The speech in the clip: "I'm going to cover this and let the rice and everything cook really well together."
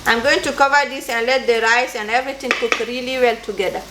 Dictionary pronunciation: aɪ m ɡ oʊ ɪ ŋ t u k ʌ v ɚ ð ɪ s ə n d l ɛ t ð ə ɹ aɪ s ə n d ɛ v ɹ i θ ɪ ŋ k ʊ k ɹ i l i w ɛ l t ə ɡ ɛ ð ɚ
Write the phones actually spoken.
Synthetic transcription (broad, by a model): aɪ m ɡ oʊ ɪ ŋ t u k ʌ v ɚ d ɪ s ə n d l ɛ t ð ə ɹ aɪ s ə n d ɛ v ɹ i t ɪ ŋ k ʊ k ɹ i l i w ɛ l t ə ɡ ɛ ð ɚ